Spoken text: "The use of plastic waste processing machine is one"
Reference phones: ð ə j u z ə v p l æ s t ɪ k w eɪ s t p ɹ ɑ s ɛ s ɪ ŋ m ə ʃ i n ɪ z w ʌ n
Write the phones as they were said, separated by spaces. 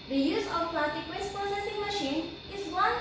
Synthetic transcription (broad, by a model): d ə j u z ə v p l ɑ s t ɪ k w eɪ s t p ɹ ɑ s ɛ s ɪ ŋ m ə ʃ i n ɪ z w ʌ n